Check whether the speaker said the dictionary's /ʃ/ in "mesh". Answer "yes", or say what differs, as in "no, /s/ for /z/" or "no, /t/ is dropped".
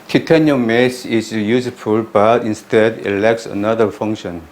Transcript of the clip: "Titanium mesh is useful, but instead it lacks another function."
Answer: no, /s/ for /ʃ/